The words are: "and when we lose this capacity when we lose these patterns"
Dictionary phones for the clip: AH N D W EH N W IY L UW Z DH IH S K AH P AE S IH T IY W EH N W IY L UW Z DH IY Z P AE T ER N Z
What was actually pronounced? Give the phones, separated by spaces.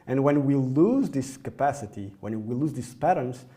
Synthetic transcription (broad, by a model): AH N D W EH N W IY L UW Z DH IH S K AH P AE S IH T IY W EH N W IY L UW Z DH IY S P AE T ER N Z